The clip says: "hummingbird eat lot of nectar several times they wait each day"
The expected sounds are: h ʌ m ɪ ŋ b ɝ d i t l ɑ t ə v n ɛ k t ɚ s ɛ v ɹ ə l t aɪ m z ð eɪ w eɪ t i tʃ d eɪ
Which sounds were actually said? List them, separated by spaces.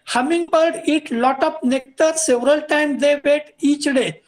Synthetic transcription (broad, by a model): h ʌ m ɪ ŋ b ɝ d i t l ɑ t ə p n ɛ k t ɚ s ɛ v ɹ ə l t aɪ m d eɪ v eɪ t i tʃ d eɪ